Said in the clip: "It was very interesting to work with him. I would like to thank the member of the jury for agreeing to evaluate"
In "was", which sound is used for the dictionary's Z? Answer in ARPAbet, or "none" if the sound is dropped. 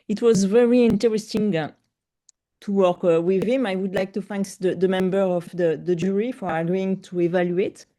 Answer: Z